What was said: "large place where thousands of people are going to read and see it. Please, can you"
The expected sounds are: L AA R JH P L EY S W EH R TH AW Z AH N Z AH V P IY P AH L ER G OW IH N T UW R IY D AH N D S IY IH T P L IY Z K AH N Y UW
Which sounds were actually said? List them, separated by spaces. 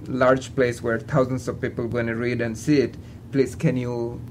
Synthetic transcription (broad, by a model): L AA R JH P L EY S W EH R T AW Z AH N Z AH V P IY P AH L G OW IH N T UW R IY D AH N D S IY IH T P L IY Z K AH N Y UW